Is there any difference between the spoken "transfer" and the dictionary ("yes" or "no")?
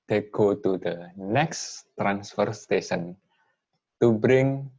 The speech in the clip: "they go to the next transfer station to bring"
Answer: no